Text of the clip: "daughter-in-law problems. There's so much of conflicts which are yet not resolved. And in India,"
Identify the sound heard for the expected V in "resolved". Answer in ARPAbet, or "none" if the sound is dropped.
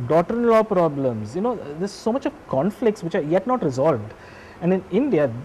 V